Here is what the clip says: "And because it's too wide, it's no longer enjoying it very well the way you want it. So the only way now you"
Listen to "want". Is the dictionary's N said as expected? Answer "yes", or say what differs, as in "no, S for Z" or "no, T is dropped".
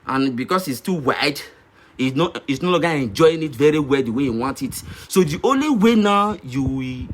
yes